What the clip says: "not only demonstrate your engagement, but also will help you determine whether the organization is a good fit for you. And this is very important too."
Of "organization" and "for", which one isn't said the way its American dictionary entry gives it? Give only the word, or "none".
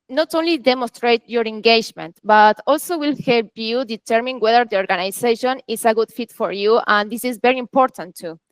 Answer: organization